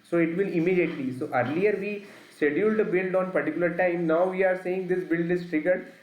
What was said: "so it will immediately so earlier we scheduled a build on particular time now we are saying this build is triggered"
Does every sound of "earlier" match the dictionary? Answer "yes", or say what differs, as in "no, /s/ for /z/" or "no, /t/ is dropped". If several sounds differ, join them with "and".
yes